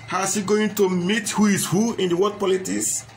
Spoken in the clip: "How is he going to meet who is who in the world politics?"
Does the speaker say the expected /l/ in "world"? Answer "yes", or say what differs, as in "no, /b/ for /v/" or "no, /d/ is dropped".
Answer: no, /l/ is dropped